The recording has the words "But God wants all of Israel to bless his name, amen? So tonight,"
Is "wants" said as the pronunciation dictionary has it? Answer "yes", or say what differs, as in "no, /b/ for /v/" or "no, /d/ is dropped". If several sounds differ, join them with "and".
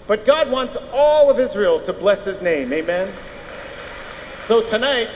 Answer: yes